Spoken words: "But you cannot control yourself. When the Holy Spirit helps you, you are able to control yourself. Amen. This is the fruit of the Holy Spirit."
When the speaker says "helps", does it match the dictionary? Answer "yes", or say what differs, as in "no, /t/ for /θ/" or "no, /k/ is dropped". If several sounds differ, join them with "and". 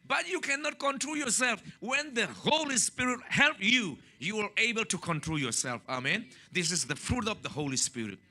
no, /s/ is dropped